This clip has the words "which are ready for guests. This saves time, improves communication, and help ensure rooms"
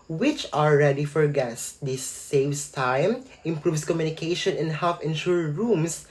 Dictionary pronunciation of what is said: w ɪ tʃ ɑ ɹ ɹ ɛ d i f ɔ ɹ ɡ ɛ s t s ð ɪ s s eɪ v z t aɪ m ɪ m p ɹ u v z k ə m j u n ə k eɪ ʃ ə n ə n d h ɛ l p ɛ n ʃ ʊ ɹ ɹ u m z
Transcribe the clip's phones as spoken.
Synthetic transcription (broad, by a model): w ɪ tʃ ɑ l ɹ ɛ d i f ɔ ɹ ɡ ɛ s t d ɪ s s eɪ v s t aɪ m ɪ m p ɹ u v s k ə m j u n ə k eɪ ʃ ə n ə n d h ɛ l f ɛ n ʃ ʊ ɹ ɹ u m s